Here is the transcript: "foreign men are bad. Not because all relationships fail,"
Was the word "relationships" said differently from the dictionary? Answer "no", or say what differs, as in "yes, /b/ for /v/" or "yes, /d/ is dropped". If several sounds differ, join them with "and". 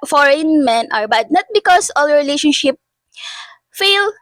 yes, /s/ is dropped